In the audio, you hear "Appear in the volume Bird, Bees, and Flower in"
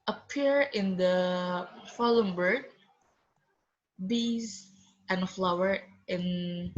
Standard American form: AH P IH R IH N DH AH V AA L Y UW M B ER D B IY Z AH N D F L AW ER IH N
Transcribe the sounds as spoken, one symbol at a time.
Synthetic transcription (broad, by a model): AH P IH R IH N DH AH F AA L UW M B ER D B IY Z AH N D F L AW ER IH N